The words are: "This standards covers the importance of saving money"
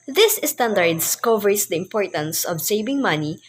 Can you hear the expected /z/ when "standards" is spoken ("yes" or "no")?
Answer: no